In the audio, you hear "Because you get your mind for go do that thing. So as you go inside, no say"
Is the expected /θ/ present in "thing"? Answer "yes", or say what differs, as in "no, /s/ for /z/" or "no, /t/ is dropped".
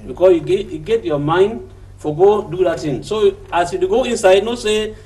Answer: no, /t/ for /θ/